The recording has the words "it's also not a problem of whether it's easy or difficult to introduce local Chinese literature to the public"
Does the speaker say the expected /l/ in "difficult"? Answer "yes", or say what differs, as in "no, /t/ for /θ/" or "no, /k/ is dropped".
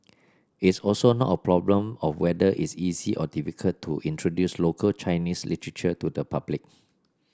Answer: no, /l/ is dropped